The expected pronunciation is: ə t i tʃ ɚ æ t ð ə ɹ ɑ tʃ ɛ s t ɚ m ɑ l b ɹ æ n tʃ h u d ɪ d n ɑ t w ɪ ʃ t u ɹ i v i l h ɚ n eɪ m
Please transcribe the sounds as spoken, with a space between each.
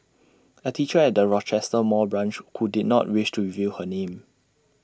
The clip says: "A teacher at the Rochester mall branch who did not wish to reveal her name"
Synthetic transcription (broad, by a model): ə t i tʃ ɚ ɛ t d ə ɹ ɑ tʃ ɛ s t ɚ m ɑ b ɹ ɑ n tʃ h u d ɪ d n ɑ t w ɪ ʃ t u ɹ i v i l h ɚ n eɪ m